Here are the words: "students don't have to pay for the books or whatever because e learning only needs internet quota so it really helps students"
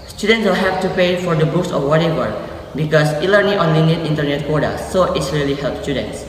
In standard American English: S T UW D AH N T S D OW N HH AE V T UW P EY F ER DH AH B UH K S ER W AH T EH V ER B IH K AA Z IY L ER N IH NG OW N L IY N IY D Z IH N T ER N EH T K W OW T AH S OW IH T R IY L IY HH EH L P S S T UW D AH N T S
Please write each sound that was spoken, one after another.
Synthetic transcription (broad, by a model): S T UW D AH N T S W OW L HH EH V T UW P EY F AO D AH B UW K S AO W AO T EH V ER B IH K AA S IY L ER N IH NG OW N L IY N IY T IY N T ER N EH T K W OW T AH S OW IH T R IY L IY HH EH L P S S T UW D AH N T S